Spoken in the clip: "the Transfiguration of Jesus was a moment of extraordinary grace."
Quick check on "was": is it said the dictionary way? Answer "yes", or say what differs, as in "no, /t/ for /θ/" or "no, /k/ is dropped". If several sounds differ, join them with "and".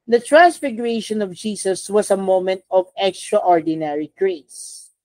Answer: no, /s/ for /z/